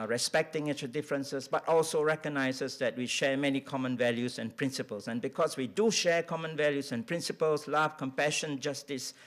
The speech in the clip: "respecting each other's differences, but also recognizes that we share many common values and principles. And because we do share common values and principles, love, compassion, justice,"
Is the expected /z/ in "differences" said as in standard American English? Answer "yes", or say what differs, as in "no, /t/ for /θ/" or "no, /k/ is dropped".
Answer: no, /s/ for /z/